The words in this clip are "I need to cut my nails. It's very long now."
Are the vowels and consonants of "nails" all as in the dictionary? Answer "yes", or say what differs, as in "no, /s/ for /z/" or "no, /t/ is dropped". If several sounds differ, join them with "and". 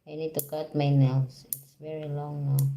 no, /s/ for /z/